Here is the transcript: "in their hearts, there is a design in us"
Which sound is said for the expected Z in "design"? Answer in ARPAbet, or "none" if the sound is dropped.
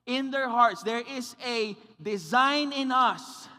Z